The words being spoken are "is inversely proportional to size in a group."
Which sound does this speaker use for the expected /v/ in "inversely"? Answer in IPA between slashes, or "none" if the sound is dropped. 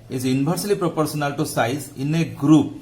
/b/